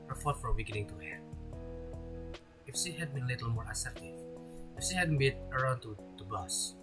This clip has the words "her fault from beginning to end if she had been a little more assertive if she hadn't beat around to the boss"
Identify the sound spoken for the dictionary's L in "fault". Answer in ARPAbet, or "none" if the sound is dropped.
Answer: none